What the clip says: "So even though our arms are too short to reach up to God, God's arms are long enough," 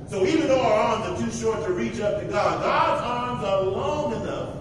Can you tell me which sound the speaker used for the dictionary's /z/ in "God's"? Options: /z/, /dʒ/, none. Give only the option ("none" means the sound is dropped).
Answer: /z/